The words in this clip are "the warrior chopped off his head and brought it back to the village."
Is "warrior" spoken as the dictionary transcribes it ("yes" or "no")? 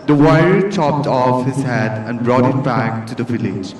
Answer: no